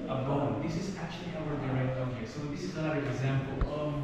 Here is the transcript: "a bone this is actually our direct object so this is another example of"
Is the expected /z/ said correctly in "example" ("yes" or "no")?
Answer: yes